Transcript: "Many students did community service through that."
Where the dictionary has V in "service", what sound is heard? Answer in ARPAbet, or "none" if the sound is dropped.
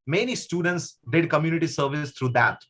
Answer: V